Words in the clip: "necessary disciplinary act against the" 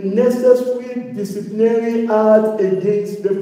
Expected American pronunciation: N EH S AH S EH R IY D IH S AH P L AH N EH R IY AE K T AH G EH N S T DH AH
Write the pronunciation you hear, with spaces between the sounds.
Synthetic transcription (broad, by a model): N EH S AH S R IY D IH S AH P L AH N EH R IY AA T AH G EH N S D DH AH